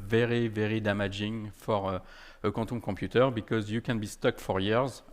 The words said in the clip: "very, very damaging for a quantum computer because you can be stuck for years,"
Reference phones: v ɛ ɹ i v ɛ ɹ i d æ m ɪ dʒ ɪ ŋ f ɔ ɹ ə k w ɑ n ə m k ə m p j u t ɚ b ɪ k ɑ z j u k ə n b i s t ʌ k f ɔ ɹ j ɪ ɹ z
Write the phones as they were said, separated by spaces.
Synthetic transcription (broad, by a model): v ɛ ɹ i v ɛ ɹ i d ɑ m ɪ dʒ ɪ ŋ f ɔ ɹ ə k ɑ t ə k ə p j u t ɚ b ɪ k ɑ z j u k ə n b i s t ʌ k f ɔ ɹ j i ɹ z